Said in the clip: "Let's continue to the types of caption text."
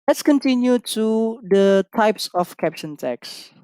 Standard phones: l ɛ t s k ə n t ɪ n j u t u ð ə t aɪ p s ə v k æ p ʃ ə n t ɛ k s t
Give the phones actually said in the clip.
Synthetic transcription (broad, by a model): l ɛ t s k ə n t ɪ n j u t u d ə t aɪ p s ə f k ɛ p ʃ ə n t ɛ k s